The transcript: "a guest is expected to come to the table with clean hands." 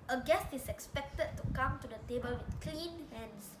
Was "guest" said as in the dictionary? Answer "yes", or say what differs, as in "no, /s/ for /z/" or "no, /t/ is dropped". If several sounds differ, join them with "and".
yes